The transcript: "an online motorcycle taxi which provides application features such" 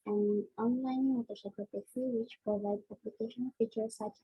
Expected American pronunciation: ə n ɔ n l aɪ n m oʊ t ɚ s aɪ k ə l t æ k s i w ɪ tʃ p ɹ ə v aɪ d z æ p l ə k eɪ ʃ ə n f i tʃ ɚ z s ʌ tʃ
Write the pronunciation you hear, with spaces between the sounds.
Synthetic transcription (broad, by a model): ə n ɔ n l aɪ n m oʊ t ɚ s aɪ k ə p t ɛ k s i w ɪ tʃ p ɹ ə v aɪ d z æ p l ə k eɪ ʃ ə n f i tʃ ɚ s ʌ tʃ